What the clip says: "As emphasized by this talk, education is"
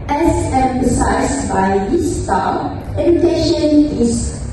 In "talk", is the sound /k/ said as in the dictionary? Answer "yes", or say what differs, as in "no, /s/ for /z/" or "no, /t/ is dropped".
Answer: no, /k/ is dropped